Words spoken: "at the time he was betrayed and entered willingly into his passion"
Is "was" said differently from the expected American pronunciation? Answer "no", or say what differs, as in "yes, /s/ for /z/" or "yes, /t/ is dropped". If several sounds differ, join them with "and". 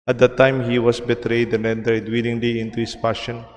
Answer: yes, /s/ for /z/